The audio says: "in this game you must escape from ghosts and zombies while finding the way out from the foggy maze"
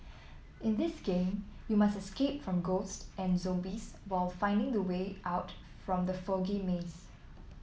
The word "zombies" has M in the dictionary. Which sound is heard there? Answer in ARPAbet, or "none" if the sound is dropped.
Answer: none